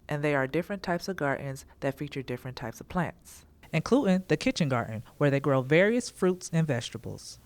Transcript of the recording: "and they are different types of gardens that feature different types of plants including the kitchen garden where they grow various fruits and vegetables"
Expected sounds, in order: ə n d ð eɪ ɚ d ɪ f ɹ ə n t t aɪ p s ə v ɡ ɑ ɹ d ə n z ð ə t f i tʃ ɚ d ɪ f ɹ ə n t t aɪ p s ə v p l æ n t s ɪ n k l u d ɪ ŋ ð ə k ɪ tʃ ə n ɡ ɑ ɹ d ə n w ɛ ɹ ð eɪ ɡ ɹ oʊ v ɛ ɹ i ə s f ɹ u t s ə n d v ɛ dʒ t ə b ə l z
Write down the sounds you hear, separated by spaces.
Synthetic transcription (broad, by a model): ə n ð eɪ ɚ d ɪ f ɹ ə n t t aɪ p s ə v ɡ ɑ ɹ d n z ð ə t f i tʃ ɚ d ɪ f ɹ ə n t t aɪ p s ə v p l æ n t s ɪ n k l u d ɪ ŋ ð ə k ɪ tʃ ə n ɡ ɑ ɹ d n w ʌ ɹ ð eɪ ɡ ɹ oʊ v ɛ ɹ i ə s f ɹ u t s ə n v ɛ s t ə b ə l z